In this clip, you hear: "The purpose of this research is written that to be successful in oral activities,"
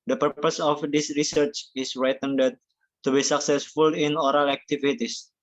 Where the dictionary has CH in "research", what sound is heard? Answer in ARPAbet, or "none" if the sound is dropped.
CH